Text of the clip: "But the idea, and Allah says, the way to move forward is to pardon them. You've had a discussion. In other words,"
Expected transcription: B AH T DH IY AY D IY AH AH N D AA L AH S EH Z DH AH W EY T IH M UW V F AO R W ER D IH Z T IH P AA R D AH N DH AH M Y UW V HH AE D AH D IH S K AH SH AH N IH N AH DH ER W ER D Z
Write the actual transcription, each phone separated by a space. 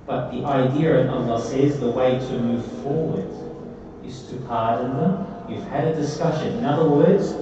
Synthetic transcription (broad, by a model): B AH T DH IY AY D IY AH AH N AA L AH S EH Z DH AH W EY T IH M UW V F AO R W ER D IH Z T IH P AA R D N DH AH M Y UW V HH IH D AH D IH S K AH SH AH N IH N AH DH ER W ER D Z